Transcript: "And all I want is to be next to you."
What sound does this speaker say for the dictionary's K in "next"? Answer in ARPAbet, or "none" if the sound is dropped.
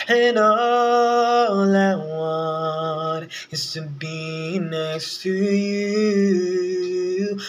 none